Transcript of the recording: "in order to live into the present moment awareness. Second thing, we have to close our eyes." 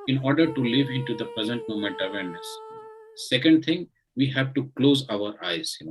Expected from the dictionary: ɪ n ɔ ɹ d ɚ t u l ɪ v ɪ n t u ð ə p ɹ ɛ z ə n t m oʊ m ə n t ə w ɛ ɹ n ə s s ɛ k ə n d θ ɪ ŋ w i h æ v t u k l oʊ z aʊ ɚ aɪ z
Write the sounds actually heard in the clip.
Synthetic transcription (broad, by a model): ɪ n ɔ ɹ d ɚ t u l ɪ v ɪ n t u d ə p ɹ ɛ z ə n t m oʊ m ə n t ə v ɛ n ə s s ɛ k ə n d t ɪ ŋ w i h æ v t u k l oʊ z aʊ ɚ aɪ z